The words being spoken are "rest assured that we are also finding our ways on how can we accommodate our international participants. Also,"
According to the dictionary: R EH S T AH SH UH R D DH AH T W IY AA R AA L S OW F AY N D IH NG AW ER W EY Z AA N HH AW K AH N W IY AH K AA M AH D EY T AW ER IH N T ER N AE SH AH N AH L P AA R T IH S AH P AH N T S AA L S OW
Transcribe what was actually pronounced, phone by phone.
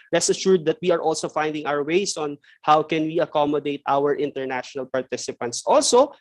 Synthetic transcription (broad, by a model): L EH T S AH SH UH R D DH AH T W IY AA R AA L S OW F AY N D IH NG AW ER W EY S AA N HH AW K AH N W IY AH K AA M AH D EY T AW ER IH N T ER N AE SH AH N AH L P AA R T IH S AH P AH N T S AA L S OW